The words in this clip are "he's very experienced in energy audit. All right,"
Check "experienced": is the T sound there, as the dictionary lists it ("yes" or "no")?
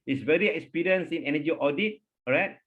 no